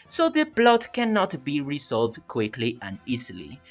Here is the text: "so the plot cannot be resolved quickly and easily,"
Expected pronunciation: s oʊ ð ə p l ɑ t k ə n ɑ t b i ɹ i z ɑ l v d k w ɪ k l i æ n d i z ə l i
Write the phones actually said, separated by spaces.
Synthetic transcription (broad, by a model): s oʊ ð ə b l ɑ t k ə n ɑ t b i ɹ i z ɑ l v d k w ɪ k l i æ n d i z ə l i